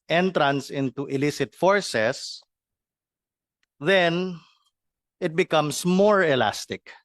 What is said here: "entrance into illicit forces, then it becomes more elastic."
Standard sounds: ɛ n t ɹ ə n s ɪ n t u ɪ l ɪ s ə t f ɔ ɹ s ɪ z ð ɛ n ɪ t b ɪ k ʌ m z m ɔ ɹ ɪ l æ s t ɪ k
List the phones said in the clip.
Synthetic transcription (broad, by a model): ɛ n t ɹ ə n s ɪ n t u ɪ l ɪ s ə t f ɔ ɹ s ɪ s ð ɛ n ɪ t b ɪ k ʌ m s m ɔ ɹ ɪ l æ s t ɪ k